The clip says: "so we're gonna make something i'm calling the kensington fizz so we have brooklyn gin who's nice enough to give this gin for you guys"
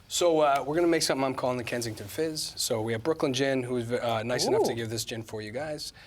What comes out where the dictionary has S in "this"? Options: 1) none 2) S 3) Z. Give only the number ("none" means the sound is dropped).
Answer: 2